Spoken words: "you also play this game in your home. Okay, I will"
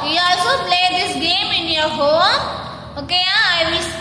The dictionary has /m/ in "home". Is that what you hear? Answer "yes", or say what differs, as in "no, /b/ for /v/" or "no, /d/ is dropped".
no, /m/ is dropped